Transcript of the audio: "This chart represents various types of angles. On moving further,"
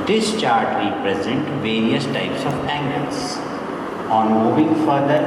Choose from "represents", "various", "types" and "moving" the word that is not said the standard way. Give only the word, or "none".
represents